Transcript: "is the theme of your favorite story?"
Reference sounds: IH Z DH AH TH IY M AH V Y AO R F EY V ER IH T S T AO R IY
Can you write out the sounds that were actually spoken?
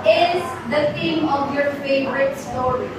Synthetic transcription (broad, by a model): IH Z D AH T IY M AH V Y AO R F EY V ER IH T S T AO R IY